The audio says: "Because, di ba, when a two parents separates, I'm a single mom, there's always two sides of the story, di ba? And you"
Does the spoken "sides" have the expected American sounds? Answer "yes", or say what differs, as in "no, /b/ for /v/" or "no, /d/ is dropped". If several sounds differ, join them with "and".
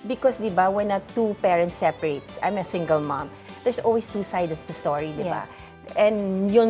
no, /z/ is dropped